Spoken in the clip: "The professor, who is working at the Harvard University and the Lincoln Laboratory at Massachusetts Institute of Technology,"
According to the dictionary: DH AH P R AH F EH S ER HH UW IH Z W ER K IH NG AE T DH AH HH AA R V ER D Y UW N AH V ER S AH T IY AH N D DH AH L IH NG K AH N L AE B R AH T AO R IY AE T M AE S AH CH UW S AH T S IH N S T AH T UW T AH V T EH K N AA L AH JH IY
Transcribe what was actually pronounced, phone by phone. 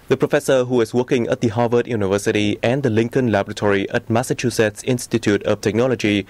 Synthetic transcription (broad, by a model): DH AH P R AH F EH S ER HH UW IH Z W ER K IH NG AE T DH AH HH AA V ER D Y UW N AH V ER S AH T IY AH N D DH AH L IH NG K AH N L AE B R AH T AO R IY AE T M AE S AH CH UW S AH T S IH N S T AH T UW T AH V T EH K N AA L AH JH IY